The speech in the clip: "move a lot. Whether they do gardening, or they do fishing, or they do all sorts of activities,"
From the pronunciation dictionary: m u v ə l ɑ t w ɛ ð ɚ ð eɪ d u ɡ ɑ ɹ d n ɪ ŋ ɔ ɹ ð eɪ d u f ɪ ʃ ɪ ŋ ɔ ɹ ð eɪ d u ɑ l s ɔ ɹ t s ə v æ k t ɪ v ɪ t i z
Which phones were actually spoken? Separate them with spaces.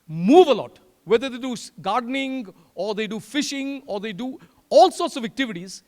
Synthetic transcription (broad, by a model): m u v ə l ɑ t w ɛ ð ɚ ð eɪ d u ɡ ɑ ɹ d n ɪ ŋ ɔ ɹ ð eɪ d u f ɪ ʃ ɪ ŋ ɔ ɹ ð eɪ d u ɑ l s ɔ ɹ t s ə v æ k t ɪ v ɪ t i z